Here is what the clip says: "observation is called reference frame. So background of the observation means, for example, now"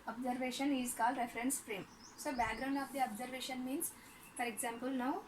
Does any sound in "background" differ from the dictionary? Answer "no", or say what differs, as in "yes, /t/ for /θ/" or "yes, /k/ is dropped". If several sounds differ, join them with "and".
no